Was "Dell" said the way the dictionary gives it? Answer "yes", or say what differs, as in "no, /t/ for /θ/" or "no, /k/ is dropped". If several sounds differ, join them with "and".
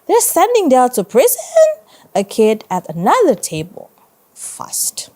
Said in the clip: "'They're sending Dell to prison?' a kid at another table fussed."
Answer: no, /n/ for /l/